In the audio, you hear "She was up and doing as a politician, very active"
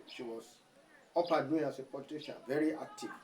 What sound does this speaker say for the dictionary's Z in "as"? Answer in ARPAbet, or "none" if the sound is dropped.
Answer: S